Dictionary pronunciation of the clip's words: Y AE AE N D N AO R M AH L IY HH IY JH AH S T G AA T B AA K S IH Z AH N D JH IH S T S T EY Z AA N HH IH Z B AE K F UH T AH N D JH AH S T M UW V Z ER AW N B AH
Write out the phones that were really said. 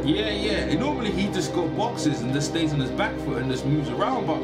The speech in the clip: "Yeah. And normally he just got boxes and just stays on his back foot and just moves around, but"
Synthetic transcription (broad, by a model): Y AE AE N N AO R M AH L IY HH IY JH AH S G AA T B AA K S IH Z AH N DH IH S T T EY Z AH N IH Z B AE K F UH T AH N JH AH S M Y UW Z ER AW N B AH